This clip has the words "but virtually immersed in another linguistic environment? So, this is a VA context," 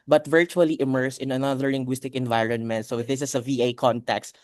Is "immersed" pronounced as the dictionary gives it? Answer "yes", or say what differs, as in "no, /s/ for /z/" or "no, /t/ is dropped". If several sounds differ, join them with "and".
no, /t/ is dropped